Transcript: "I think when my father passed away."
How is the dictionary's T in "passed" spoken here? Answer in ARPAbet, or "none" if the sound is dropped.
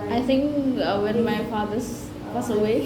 none